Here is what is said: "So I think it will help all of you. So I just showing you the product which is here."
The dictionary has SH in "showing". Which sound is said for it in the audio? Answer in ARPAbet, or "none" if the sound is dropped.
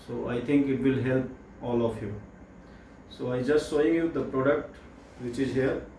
S